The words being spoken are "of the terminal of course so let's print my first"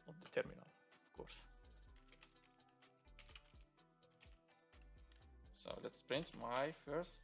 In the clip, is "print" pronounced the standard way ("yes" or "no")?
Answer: yes